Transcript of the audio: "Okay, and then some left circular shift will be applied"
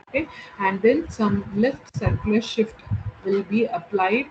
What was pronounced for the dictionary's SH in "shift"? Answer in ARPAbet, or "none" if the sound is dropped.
SH